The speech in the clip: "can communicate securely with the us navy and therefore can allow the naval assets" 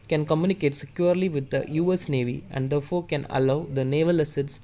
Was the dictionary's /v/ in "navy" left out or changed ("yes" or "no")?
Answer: no